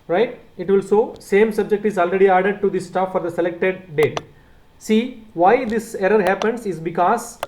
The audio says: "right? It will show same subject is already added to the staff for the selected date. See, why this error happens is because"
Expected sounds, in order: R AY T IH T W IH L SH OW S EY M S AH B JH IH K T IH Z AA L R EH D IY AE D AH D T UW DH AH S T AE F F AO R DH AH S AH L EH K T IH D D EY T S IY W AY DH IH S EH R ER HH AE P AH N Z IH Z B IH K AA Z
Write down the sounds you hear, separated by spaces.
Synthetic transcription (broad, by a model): R AY T IH T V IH L S OW S EY M S AH B JH IH K T IH Z AA L R EH D IY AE D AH D T UW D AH S T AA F F AO R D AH S AH L EH K T IH D D EY T S IY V AY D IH S EH R ER HH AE P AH N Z IH Z B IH K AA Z